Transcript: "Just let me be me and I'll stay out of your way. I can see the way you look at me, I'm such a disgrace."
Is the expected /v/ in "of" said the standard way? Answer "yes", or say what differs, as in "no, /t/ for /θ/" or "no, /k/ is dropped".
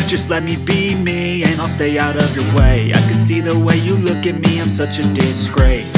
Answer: yes